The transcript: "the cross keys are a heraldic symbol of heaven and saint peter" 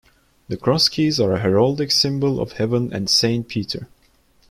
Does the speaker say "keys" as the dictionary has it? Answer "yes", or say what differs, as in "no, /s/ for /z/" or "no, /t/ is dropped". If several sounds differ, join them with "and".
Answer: yes